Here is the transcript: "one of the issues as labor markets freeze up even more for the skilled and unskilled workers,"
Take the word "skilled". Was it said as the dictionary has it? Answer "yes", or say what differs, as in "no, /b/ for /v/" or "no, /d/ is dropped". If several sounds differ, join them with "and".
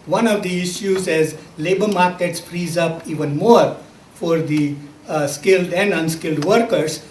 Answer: yes